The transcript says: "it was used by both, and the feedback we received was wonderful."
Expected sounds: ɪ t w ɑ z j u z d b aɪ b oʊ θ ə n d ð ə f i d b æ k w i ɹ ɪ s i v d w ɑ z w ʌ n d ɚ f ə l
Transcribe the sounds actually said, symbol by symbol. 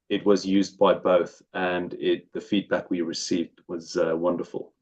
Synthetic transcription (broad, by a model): ɪ t w ɑ z j u z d b aɪ b oʊ θ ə n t ð ə f i d b æ k w i ɹ ɪ s i v d w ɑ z w ʌ n d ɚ f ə l